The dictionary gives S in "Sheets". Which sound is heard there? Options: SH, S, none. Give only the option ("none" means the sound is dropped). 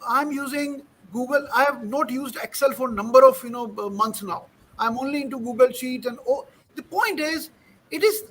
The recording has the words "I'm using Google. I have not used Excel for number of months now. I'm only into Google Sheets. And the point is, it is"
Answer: none